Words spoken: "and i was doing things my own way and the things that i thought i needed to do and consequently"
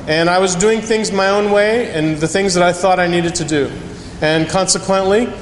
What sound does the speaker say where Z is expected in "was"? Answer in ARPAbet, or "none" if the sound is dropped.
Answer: Z